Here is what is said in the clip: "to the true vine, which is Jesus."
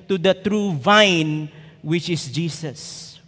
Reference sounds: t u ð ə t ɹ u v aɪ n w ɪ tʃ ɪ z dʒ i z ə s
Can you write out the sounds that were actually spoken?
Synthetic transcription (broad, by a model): t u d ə t ɹ u v aɪ n w ɪ tʃ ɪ s dʒ i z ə s